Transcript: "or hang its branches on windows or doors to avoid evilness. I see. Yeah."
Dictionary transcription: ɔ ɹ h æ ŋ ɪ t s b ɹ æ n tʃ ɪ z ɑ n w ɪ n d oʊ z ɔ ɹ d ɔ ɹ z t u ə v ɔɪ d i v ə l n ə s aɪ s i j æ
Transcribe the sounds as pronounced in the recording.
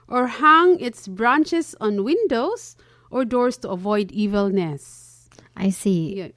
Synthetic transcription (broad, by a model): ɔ ɹ h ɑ ŋ ɪ t s b ɹ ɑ n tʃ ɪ s ɑ n w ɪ n d oʊ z ɔ ɹ d ɔ ɹ s t u ə v ɔɪ d i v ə l n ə s aɪ s i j